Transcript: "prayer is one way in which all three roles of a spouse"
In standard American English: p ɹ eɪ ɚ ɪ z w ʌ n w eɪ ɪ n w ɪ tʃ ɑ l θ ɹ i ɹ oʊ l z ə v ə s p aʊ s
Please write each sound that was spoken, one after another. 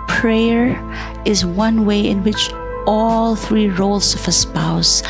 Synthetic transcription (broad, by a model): p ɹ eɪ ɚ ɪ z w ʌ n w eɪ ɪ n w ɪ tʃ ɑ l θ ɹ i ɹ oʊ l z ə v ə s p aʊ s